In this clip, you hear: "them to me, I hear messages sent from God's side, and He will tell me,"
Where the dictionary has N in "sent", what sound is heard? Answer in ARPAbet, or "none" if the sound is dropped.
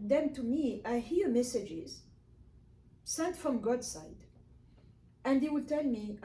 none